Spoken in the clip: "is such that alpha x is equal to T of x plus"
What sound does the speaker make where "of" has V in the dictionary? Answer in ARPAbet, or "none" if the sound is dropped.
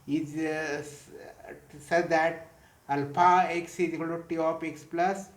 P